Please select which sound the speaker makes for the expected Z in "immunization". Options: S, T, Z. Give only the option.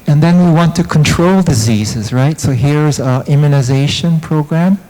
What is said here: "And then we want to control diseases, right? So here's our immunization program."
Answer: Z